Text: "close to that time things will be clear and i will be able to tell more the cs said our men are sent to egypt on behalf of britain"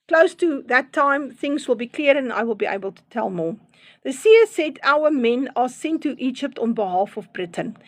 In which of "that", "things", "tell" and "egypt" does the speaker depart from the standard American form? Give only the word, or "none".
none